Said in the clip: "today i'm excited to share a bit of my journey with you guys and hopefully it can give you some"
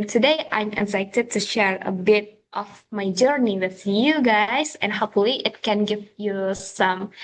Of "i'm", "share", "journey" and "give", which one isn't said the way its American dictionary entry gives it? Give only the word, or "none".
none